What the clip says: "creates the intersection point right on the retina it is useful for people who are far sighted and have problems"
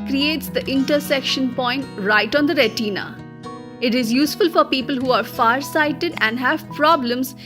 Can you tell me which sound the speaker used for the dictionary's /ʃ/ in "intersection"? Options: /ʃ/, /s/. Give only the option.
/ʃ/